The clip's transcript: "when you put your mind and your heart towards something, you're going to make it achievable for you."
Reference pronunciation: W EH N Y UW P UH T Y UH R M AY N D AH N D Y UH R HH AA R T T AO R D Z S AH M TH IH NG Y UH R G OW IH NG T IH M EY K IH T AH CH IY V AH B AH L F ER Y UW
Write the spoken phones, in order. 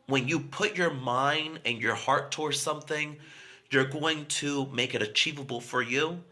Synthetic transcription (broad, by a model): W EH N Y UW P UH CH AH R M AY N D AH N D Y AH R HH AA R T T AO R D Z S AH M TH IH NG Y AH R G OW IH NG T IH M EY K IH T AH CH IY V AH B L F ER Y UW